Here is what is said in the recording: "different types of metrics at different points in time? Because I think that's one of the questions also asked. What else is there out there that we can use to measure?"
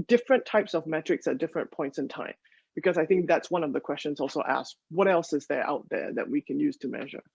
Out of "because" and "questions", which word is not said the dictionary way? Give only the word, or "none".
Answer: none